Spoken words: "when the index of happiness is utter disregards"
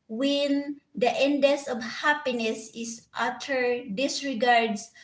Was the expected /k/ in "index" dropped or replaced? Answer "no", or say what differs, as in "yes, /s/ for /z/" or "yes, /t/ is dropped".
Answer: yes, /k/ is dropped